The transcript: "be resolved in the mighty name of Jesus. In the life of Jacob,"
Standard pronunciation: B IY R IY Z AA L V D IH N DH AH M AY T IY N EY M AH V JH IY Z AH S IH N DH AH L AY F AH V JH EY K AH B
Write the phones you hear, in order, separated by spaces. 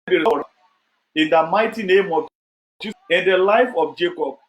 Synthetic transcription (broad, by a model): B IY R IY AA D IH N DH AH M AY T IY N EY M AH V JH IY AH IH N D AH L AY F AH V JH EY K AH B